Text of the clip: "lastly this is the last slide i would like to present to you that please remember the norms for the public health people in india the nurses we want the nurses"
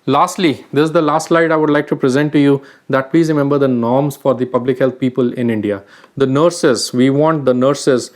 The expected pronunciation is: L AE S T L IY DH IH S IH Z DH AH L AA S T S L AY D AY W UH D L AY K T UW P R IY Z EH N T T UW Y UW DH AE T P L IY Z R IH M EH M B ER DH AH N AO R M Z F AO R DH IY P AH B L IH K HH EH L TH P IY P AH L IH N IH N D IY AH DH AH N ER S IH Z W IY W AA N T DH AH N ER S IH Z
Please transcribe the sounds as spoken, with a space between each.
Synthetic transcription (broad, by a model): L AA S T L IY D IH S IH Z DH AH L AA S T S L AY D AY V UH D L AY K T UW P R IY Z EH N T T UW Y UW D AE T P L IY Z R IH M EH M B ER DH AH N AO R M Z F AO R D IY P AH B L IH K HH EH L T P IY P AH L IH N IH N D IY AH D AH N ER S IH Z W IY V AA N T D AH N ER S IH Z